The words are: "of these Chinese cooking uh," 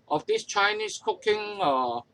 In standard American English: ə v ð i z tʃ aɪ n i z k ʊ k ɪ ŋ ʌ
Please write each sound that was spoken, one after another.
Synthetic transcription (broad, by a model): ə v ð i s tʃ aɪ n i s k ʊ k ɪ ŋ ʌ